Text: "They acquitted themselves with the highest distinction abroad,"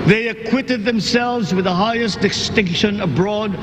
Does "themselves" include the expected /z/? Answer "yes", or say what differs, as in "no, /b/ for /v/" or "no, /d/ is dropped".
yes